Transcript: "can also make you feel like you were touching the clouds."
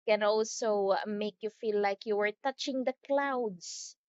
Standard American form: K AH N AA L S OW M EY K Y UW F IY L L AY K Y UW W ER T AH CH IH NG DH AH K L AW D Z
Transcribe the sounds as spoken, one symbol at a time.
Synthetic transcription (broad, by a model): K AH N AA L S OW M EY K Y UW F IY L L AY K Y UW W ER T AH CH IH NG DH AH K L AW D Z